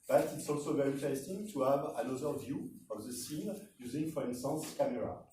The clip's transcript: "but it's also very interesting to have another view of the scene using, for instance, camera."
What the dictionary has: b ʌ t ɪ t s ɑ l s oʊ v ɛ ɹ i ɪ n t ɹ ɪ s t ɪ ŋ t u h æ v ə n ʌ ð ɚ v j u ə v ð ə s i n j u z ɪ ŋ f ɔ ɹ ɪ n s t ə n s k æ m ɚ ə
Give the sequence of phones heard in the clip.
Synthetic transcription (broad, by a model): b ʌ t ɪ t s ɑ l s oʊ v ɛ ɹ i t ɪ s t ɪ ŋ t u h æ v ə n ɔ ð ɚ v j u ə v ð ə s i n j u z ɪ ŋ f ɔ ɹ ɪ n s t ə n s k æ m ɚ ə